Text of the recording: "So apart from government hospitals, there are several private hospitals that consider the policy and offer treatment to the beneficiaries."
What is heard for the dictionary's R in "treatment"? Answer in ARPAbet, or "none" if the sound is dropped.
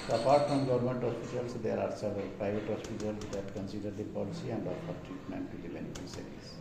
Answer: R